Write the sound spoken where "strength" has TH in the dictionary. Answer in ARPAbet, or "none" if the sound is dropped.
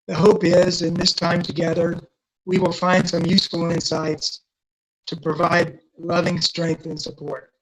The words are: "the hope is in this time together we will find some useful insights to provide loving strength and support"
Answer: TH